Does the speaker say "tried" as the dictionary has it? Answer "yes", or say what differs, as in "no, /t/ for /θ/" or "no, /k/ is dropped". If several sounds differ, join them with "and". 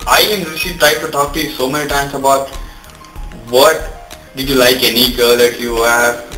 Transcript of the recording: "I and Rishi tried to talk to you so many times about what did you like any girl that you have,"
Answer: no, /ɹ/ is dropped